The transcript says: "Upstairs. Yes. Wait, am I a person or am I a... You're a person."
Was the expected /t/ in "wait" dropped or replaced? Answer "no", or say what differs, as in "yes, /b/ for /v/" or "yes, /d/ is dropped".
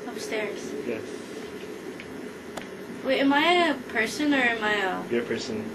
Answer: yes, /t/ is dropped